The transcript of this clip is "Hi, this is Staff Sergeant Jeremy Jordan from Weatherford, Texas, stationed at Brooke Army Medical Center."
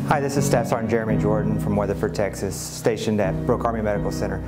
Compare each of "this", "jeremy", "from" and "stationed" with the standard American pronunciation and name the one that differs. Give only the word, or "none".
none